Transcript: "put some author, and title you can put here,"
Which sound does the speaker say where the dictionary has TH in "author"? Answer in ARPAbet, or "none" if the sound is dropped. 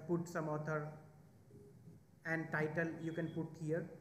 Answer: T